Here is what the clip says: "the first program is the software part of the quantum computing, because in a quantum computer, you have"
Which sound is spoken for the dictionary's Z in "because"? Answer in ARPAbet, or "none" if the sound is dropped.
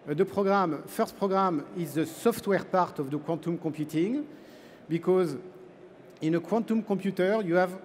Z